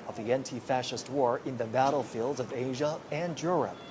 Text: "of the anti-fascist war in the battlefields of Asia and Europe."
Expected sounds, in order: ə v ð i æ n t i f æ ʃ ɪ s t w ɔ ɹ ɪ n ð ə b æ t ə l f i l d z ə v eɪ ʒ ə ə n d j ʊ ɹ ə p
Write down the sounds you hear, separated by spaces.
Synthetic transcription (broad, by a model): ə v ð i æ n t i f æ ʃ ɪ s t w ɔ ɹ ɪ n ð ə b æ t l f i l d z ə v eɪ ʒ ə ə n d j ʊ ɹ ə p